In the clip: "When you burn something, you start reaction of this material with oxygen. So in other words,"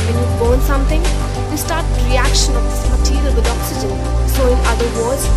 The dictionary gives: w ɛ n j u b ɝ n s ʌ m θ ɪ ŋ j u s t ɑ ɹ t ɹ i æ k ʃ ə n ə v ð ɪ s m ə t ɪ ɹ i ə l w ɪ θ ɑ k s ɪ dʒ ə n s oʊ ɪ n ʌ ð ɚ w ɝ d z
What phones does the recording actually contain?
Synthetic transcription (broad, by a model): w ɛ n j u b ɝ n s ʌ m t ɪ ŋ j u s t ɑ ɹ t ɹ i æ k ʃ ə n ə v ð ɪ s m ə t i l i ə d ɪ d ɑ k s ɪ dʒ ə n s oʊ ɪ n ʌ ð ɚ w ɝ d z